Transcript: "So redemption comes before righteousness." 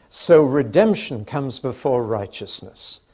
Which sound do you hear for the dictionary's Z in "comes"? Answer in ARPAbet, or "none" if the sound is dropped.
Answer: Z